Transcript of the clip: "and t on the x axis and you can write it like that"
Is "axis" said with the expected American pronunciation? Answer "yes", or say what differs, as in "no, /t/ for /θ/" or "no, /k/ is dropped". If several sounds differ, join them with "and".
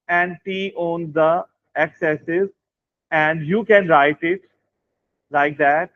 no, /k/ is dropped